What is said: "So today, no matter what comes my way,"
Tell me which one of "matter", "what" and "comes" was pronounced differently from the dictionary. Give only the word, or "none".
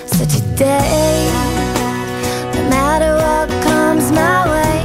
none